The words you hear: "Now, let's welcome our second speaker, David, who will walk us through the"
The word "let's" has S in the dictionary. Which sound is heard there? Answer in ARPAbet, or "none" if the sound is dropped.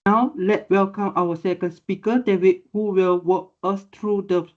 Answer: none